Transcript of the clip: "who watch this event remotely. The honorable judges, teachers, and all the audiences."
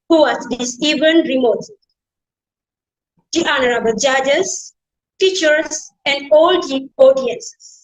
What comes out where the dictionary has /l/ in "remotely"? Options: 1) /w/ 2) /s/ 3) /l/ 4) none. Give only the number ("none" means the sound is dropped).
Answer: 4